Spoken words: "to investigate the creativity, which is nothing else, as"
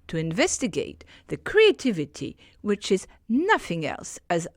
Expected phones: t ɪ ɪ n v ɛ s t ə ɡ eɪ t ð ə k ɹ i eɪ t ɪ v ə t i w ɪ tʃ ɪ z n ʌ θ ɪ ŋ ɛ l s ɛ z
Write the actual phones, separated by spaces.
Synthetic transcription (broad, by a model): t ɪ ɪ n v ɛ s t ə ɡ eɪ t ð ə k ɹ i eɪ t ɪ v ə t i w ɪ tʃ ɪ z n ʌ θ ɪ ŋ ɛ l s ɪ z